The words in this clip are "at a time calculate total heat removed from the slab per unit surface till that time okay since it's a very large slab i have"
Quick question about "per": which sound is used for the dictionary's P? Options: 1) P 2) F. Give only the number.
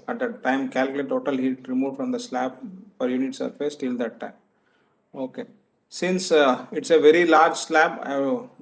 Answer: 2